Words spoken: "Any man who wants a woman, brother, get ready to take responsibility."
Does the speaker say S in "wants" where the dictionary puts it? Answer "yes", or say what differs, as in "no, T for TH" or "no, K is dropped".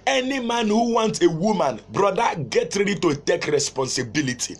no, S is dropped